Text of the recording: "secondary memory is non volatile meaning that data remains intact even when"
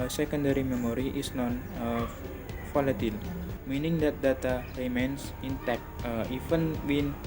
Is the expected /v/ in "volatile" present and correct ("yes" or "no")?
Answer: no